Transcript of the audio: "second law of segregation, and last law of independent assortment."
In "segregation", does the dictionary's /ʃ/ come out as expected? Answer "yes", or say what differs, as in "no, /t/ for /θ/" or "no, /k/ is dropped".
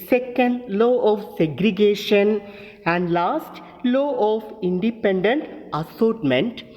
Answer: yes